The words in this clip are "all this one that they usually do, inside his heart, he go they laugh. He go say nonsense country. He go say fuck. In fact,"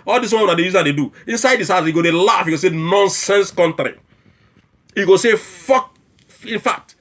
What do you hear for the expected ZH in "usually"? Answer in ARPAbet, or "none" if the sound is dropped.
Z